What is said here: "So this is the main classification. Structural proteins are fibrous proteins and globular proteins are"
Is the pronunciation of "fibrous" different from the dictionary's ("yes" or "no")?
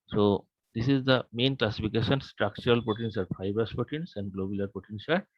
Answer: yes